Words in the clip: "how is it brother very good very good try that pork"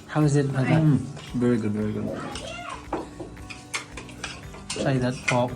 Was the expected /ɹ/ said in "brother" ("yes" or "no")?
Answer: no